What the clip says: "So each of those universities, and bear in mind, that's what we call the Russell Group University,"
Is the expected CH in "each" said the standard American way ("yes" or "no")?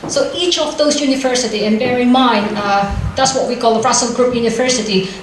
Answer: yes